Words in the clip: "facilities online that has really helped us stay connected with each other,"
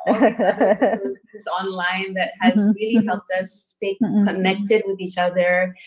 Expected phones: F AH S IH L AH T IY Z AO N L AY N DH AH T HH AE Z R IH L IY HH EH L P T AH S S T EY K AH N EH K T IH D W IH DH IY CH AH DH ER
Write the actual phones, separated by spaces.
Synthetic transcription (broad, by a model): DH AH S AO N L AY N DH AH T HH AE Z R IH L IY HH EH L P T AH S S T EY K AH N EH K T IH D W IH DH IY CH AH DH ER